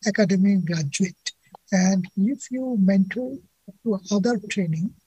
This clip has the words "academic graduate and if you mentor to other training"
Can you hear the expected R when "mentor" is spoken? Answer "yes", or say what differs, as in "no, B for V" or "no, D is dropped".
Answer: no, L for R